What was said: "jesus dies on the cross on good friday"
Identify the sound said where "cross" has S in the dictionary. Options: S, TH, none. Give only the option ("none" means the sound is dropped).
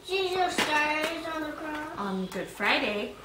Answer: none